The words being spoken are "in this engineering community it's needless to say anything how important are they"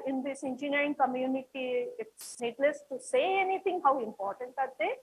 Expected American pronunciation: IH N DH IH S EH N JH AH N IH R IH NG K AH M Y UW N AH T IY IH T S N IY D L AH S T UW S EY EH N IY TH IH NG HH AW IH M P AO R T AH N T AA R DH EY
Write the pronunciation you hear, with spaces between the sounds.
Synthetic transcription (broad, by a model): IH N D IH S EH N JH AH N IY R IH NG K AH M Y UW N AH T IY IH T S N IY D L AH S T UW S EY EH N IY T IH NG HH AW IH M P AO R T AH N T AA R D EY